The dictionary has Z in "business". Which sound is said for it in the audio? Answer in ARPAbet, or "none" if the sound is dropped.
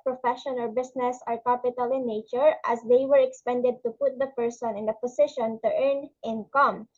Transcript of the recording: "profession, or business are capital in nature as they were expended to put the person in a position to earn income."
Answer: S